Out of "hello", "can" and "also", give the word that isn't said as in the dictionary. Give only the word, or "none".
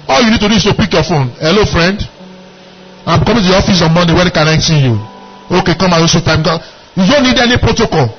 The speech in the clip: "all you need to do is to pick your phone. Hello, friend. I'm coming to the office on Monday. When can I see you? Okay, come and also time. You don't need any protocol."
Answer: also